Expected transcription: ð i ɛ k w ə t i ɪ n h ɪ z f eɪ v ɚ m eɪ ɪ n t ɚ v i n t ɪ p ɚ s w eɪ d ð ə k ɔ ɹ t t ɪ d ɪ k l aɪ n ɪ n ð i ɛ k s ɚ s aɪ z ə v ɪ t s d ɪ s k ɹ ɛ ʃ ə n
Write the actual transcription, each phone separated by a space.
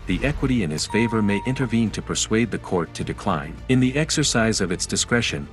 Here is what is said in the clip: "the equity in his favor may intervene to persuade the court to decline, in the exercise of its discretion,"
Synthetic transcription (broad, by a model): ð i ɛ k w ə t i ɪ n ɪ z f eɪ v ɚ m eɪ ɪ n t ɚ v i n t ɪ p ɚ s w eɪ d ð ə k ɔ ɹ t t ɪ d ɪ k l aɪ n ɪ n ð i ɛ k s ɚ s aɪ z ə v ɪ t s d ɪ s k ɹ ɛ ʃ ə n